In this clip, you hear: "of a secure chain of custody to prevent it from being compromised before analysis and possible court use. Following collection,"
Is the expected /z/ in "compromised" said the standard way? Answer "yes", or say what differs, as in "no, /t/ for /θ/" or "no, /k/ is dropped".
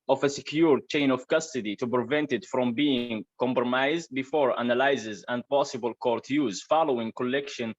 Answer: yes